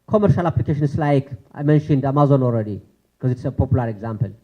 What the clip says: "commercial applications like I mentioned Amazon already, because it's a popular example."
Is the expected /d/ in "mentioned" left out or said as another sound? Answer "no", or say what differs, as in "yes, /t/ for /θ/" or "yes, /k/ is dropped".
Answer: no